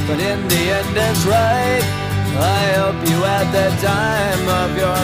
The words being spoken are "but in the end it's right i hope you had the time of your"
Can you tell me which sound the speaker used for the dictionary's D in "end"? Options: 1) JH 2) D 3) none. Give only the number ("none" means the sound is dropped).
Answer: 2